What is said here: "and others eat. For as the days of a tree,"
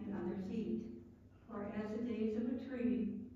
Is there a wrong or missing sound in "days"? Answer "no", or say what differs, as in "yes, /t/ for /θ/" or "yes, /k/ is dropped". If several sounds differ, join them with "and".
no